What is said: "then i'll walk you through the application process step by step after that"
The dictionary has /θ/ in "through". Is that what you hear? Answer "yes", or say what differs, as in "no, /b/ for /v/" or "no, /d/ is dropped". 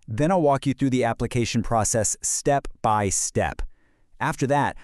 yes